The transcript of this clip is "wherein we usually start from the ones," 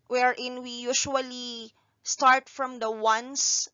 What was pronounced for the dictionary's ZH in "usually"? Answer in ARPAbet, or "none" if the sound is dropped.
SH